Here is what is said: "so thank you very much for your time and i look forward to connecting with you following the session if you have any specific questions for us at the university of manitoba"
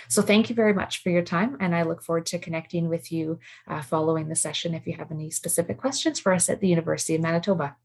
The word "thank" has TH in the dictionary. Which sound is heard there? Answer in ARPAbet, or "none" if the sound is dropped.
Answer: TH